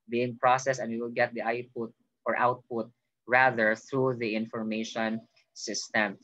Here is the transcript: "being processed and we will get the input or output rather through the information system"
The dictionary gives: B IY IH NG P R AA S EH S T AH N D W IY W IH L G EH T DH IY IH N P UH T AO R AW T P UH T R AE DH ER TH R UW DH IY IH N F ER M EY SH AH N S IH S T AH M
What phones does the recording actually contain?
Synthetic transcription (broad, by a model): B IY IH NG P R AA S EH S AH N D W IY W IH L G EH T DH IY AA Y P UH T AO R AW T P UH T R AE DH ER TH R UW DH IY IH N F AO M EY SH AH N S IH S T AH M